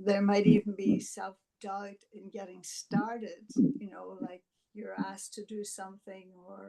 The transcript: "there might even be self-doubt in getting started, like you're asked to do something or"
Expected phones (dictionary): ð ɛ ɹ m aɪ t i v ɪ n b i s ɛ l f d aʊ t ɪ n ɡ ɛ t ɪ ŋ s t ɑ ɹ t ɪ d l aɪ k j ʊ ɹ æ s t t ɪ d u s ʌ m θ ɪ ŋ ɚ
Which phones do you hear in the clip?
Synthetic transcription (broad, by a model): ð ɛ ɹ m aɪ t i v n b i s ɛ l f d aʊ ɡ ɪ n ɡ ɛ t ɪ ŋ s t ɑ ɹ t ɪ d l aɪ k j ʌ ɹ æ s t t ɪ d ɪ s ʌ m θ ɪ ŋ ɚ